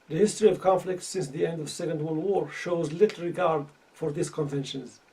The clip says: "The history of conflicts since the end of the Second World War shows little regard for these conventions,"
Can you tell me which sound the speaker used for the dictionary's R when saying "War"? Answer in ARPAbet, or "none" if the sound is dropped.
R